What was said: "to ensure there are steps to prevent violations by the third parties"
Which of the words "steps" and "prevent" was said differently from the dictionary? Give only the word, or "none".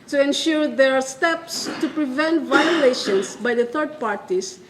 none